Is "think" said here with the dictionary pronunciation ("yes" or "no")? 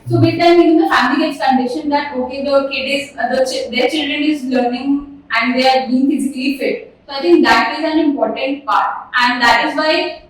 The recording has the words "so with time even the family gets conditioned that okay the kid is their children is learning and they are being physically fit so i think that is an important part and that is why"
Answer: no